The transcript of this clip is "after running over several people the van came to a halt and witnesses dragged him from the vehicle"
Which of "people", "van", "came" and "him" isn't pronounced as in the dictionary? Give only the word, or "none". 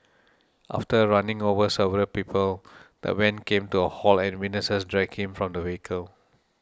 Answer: van